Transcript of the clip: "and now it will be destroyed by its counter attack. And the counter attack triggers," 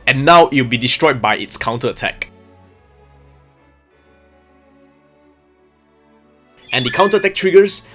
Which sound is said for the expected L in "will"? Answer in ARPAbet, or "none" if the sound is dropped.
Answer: W